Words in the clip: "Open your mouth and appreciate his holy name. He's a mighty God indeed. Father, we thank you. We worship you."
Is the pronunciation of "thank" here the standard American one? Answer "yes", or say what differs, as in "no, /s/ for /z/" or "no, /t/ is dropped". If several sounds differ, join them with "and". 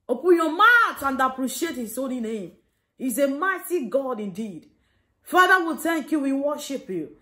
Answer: no, /t/ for /θ/